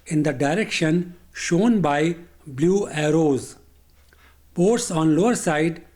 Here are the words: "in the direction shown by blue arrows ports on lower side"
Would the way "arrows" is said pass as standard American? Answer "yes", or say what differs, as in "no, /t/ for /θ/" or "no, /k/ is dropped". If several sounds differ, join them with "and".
yes